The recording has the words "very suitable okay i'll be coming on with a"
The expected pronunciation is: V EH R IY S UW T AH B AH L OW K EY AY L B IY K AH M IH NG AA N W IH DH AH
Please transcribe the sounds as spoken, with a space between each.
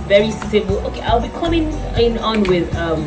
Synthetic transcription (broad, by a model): V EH R IY S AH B L OW K EY AY L B IY K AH M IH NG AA N W IH DH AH